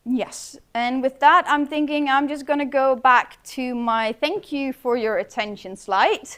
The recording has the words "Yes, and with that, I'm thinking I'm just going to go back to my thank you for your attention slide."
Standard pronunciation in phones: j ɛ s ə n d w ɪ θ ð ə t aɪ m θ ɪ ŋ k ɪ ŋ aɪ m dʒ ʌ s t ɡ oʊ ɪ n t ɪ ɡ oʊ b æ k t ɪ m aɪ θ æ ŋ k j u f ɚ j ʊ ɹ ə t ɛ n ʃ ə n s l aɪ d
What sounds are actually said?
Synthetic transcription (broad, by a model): j ɛ s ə n w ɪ ð ə t aɪ m θ ɪ ŋ k ɪ ŋ aɪ m dʒ ʌ s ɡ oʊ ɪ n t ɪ ɡ oʊ b æ k t ɪ m aɪ θ æ ŋ k j u f ɚ j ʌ ɹ ə t ɛ n ʃ ə n s l aɪ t